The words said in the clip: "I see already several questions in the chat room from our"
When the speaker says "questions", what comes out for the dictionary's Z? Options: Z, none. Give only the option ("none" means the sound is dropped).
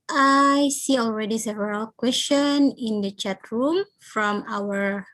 none